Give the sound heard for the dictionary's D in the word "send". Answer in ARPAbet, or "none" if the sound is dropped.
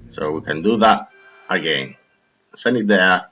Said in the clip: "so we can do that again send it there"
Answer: none